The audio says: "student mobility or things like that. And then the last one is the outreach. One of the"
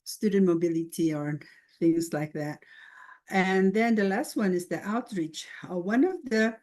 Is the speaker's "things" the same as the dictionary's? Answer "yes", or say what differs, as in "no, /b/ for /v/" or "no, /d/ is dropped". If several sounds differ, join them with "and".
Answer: yes